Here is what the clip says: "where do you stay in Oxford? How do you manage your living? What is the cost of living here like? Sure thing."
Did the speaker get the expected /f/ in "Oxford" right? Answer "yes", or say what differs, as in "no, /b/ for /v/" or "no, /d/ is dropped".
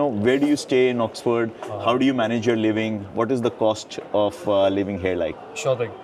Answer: yes